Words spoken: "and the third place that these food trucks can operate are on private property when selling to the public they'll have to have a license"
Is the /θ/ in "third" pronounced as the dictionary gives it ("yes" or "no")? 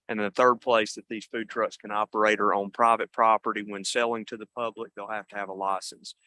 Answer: yes